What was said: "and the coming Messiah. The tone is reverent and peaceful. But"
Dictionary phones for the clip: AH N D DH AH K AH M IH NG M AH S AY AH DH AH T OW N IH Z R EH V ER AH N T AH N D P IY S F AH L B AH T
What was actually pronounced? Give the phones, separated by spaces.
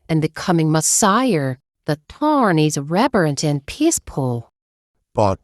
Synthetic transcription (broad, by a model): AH N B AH K AH M IH NG M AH S AY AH DH AH T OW N IH Z R EH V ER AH N T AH N P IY S P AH L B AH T